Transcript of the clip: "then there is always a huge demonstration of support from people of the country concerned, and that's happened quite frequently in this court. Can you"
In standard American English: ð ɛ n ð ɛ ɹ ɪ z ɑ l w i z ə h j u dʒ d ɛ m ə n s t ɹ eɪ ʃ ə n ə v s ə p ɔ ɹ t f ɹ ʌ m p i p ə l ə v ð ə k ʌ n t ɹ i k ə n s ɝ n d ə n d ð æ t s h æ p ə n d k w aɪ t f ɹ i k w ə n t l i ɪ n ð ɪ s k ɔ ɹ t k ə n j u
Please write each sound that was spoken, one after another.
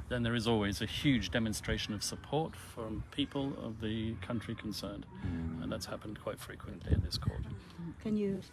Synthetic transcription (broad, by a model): ð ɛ n ð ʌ ɹ ɪ z ɑ l w i z ə h j u dʒ d ɛ m ə n s t ɹ eɪ ʃ ə n ə v s ə p ɔ ɹ t f ɹ ʌ m p i p ə l ə v ð ə k ʌ n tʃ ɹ i k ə n s ɝ n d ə n ð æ t s h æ p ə n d k w aɪ t f ɹ i k w ə n t l i ɪ n ð ɪ s k ɔ ɹ t k ə n j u